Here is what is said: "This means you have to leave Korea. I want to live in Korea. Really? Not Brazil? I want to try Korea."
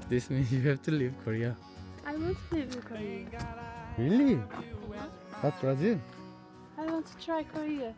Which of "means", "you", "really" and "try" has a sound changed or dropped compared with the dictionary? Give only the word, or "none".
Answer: means